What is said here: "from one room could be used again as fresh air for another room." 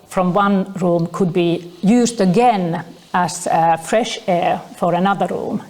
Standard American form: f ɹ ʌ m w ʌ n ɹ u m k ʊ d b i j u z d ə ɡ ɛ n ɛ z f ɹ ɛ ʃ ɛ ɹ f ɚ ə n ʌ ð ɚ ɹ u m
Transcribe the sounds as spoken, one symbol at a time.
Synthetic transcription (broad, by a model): f ɹ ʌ m w ʌ n ɹ u m k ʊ d b i j u z d ə ɡ ɛ n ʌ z f ɹ ɛ ʃ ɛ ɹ f ɚ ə n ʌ ð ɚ ɹ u m